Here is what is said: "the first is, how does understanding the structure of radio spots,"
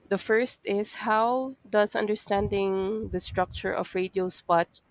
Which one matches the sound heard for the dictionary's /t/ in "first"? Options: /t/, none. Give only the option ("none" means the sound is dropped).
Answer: /t/